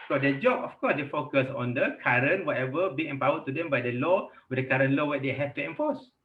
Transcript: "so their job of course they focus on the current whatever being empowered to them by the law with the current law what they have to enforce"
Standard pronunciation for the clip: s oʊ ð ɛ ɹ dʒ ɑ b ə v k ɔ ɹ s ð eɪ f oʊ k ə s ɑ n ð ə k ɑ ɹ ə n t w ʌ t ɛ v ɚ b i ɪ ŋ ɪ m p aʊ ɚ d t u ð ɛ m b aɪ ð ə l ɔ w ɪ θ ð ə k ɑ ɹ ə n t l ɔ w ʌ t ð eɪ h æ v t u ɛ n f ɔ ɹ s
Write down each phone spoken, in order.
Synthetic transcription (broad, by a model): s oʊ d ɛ dʒ ɑ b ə f k ɔ s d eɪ f oʊ k ə s ɑ n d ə k ɑ ɹ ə n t w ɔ t ɛ v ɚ b i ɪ m p aʊ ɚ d t u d ɛ m b aɪ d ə l ɔ w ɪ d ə k ɑ ɹ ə n l ɔ w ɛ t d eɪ h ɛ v t u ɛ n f ɔ s